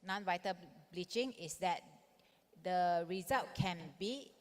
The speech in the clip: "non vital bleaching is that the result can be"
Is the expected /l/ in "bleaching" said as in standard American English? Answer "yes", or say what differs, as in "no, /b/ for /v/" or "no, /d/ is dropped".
yes